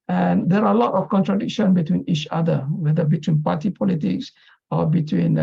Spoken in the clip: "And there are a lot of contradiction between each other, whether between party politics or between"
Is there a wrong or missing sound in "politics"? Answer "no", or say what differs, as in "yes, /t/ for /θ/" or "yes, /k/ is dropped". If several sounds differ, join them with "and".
no